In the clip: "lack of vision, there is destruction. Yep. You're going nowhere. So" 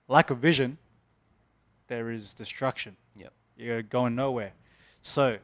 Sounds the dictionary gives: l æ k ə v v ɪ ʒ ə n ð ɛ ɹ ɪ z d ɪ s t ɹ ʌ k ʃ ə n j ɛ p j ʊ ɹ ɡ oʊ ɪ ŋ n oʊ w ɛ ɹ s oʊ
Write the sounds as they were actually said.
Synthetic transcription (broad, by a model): l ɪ k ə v v ɪ ʒ ə n ð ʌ ɹ ɪ z d ɪ s t ɹ ʌ k ʃ ə n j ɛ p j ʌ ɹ ɡ oʊ ɪ ŋ n oʊ w ɛ ɹ s oʊ